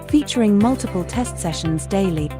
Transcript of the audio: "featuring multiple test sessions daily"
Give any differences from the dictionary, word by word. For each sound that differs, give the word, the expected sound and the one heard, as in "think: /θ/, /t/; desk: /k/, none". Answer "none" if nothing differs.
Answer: none